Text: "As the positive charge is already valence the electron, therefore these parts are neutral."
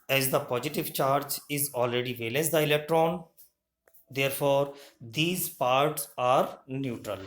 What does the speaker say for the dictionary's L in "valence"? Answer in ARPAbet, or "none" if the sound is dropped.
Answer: L